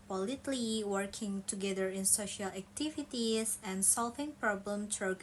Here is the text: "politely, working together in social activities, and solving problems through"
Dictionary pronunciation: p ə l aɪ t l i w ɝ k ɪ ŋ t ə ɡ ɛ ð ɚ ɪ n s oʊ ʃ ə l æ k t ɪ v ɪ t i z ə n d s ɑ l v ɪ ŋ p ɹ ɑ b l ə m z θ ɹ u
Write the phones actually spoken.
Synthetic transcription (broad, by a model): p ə l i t l i w ɝ k ɪ ŋ t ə ɡ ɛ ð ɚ ɪ n s oʊ ʃ ə l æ k t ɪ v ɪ t i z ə n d s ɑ l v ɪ ŋ p ɹ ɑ b l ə m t ɹ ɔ